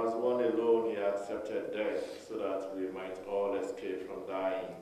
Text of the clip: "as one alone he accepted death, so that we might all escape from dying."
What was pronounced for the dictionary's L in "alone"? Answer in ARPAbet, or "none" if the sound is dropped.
L